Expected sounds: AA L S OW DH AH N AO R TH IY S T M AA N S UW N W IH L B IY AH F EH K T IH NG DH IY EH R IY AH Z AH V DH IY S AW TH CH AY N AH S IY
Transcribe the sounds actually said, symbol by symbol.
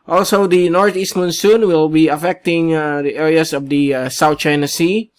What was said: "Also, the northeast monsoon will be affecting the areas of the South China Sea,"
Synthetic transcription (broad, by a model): AA L S OW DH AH N AO R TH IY S T M AA N S UW N W IH L B IY AH F EH K T IH NG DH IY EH R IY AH S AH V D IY S AW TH CH AY N AH S IY